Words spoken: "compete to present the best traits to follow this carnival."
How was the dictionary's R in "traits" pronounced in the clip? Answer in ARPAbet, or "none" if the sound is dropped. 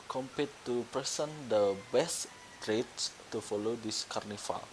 R